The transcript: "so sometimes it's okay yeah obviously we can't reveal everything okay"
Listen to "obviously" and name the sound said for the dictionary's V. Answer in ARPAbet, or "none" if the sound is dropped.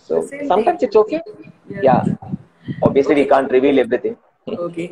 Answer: none